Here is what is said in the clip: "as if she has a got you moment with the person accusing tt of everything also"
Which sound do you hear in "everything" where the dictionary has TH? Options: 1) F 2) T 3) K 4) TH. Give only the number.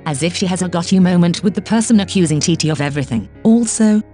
4